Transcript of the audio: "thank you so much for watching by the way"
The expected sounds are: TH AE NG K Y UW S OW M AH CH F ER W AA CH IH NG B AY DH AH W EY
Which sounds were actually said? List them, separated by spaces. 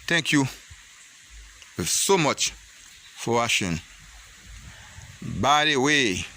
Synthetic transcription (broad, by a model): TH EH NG K Y UW S OW M AH CH F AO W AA SH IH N B AY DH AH W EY